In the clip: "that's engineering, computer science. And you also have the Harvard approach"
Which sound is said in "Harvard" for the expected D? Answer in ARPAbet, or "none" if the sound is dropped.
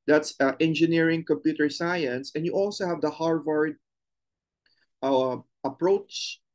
D